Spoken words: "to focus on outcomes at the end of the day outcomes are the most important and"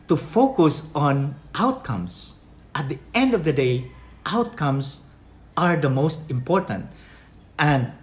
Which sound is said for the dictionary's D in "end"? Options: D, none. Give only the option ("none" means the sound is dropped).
D